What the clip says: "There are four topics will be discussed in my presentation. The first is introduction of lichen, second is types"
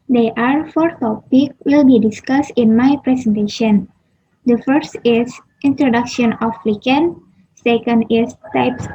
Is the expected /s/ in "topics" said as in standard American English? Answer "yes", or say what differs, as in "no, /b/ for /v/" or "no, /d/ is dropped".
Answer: no, /s/ is dropped